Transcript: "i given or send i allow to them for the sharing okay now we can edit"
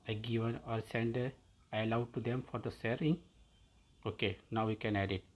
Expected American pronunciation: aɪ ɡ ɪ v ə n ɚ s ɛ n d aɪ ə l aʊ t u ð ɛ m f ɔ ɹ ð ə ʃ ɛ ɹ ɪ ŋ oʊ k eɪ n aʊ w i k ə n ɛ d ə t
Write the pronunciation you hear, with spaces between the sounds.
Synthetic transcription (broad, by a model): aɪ ɡ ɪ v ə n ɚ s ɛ n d aɪ ə l aʊ t u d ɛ m f ɔ ɹ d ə s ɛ ɹ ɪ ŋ oʊ k eɪ n aʊ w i k ə n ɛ d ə t